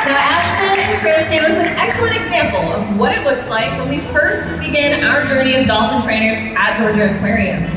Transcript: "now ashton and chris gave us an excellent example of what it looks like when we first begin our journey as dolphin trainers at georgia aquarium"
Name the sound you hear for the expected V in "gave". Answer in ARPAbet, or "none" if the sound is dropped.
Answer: W